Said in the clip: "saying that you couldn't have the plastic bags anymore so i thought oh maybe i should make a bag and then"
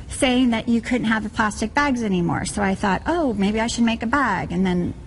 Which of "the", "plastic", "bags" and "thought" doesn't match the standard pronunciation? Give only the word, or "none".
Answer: none